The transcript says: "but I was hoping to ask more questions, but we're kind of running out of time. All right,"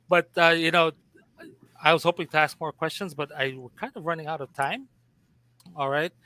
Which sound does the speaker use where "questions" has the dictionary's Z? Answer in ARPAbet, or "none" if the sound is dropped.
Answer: Z